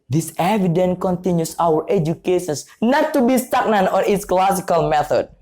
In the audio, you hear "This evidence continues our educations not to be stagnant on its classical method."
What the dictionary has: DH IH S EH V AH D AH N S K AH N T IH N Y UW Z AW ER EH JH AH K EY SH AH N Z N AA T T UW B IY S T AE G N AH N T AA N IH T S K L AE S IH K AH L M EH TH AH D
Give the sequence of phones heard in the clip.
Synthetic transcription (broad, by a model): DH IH S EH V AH D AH N K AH N T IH N Y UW S AW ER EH JH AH K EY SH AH N S N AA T T UW B IY S T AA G N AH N AA N IH T S K L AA S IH K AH L M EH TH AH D